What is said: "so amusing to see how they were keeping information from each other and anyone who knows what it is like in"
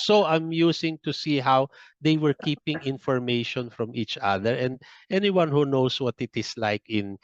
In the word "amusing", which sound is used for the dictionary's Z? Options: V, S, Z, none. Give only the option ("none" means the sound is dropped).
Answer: S